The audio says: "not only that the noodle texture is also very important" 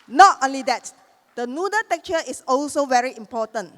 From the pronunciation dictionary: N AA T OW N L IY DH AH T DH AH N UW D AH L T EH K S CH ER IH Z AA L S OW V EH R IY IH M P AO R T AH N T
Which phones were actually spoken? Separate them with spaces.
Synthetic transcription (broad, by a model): N AA T OW N L IY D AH T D AH N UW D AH T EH K CH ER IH S AA L S OW V EH R IY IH M P AO T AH N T